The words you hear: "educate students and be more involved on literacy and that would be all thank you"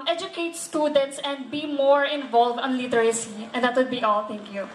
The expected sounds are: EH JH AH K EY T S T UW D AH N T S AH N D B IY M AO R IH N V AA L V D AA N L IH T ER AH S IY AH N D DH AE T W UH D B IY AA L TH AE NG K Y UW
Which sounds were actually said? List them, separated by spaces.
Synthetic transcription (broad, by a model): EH JH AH K EY T S T UW D AH N T S AH N D B IY M AO R IH N V AA L V D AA N L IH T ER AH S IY AH N D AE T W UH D B IY AA L T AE NG K Y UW